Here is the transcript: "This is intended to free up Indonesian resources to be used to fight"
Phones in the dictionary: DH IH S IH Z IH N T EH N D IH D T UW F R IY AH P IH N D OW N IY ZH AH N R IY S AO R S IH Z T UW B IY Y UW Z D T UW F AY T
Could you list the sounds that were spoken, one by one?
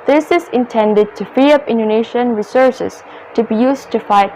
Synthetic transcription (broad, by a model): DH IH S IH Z IH N T EH N D IH D T UW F IY AH P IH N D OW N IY SH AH N R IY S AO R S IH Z T UW B IY Y UW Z T UW F AY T